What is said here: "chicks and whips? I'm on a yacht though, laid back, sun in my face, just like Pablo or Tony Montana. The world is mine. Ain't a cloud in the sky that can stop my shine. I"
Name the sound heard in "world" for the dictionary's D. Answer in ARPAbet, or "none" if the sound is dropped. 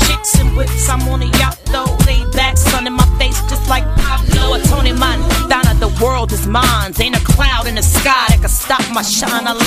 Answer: D